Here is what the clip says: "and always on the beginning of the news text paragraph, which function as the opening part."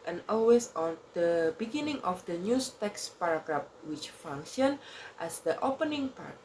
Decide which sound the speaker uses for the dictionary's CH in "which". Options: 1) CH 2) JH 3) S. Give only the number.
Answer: 1